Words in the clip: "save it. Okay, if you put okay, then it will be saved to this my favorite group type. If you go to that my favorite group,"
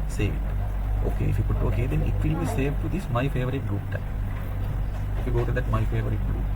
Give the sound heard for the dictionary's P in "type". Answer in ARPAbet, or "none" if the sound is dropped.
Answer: none